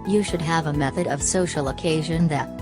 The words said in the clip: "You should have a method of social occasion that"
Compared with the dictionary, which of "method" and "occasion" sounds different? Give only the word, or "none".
none